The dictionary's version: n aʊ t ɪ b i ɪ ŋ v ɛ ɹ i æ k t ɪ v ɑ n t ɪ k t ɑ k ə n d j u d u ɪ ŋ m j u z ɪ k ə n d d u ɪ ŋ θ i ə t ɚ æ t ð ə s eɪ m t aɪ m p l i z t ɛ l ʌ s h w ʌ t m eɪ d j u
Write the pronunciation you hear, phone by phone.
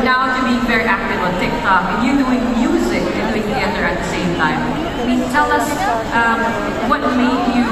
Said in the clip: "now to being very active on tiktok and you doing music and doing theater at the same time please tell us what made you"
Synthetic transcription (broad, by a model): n aʊ t ɪ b i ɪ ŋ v ɛ ɹ i æ k t ɪ v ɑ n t ɪ k t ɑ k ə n j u d u ɪ ŋ m j u z ɪ k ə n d d u ɪ ŋ t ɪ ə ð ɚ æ t ð ə s eɪ m t aɪ m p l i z t ɛ l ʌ s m w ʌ t m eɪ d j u